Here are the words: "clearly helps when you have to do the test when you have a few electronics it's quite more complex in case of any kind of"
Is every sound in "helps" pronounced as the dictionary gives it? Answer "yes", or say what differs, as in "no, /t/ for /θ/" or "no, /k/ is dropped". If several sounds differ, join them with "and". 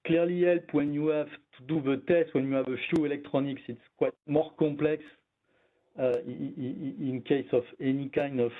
no, /s/ is dropped